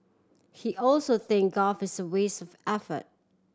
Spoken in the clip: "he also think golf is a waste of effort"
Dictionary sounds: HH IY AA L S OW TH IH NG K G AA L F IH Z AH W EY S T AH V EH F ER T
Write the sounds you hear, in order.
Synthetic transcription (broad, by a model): HH IY AA L S OW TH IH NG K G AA F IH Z AH W EY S AH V EH F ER T